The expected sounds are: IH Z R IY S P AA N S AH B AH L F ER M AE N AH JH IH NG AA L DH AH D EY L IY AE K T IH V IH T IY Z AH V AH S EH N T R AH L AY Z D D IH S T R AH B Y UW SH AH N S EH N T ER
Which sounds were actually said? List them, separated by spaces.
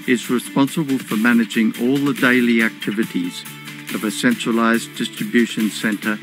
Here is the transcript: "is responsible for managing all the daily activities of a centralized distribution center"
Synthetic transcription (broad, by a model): IH Z R IY S P AA N S AH B AH L F ER M AE N AH JH IH NG AA L DH AH D EY L IY AE K T IH V IH T IY Z AH V AH S EH N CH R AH L AY Z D D IH S T R AH B Y UW SH AH N S EH N T ER